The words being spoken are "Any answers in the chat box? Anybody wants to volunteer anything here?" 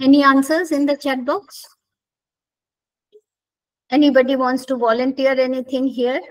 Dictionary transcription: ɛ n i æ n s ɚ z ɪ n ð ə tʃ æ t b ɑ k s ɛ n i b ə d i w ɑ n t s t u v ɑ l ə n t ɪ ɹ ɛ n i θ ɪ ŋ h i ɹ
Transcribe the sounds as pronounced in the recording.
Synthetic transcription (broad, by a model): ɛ n i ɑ n s ɚ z ɪ n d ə tʃ æ t b ɑ k s ɛ n i b ə d i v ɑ n t s t u v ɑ l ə n t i ɹ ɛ n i t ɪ ŋ h i ɹ